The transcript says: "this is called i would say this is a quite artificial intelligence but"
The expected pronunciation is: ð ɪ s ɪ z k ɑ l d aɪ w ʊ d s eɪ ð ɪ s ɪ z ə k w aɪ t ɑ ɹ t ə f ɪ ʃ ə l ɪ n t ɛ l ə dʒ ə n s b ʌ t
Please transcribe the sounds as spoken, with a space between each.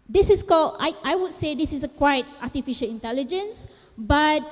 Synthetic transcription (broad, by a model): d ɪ s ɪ s k ɑ l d aɪ w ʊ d s eɪ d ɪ s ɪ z ə k w aɪ t ɑ t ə f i ʃ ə l ɪ n t ɛ l ə dʒ ə n s b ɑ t